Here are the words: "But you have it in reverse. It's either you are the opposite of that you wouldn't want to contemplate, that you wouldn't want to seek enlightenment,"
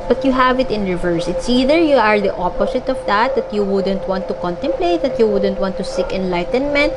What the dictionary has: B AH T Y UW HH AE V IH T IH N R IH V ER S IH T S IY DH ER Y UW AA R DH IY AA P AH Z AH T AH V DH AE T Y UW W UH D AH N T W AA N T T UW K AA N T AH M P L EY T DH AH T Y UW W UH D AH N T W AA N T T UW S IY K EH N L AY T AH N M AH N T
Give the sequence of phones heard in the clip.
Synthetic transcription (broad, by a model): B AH T Y UW HH AE V IH T IH N R IH V ER S IH T S IY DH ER Y UW AA R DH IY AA P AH S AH T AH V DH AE T Y UW W UH D AH N T W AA N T T UW K AA N T AH M P L EY T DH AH T Y UW W UH D AH N T W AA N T T UW S IY K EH N L AY T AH N M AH N T